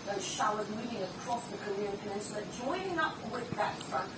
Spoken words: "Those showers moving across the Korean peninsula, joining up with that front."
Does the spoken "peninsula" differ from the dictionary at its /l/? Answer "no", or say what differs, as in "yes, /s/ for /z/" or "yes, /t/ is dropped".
yes, /n/ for /l/